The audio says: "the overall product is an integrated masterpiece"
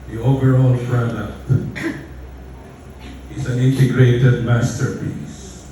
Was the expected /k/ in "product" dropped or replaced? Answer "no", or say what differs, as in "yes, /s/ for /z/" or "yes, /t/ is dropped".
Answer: yes, /k/ is dropped